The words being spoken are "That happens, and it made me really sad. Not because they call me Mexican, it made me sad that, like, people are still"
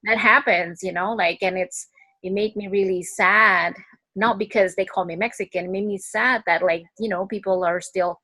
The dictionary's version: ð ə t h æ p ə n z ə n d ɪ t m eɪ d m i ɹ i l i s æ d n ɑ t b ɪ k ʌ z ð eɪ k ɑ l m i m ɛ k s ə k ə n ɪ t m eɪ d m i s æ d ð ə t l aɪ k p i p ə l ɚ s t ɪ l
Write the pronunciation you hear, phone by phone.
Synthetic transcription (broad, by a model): ð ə t h æ p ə n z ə n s ɪ t m eɪ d m i ɹ i l i s æ d n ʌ t b ɪ k ʌ z ð eɪ k ɑ l m i m ɛ k s ə k ə n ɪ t m eɪ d m i s æ d ð ə t l aɪ k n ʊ p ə l ɚ s t ɪ l